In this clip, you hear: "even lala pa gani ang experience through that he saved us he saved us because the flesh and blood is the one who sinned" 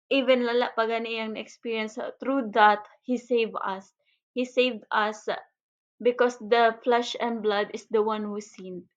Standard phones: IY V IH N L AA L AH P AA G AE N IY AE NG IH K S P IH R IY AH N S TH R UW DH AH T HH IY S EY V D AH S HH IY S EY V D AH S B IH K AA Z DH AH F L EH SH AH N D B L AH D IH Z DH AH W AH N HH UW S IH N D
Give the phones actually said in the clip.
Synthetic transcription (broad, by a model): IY V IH N L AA L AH P AA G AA N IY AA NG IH K S P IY R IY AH N S T R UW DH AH T HH IY S EY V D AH S HH IY S EY V D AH S B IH K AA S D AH F L EH SH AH N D B L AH D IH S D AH W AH N HH UW S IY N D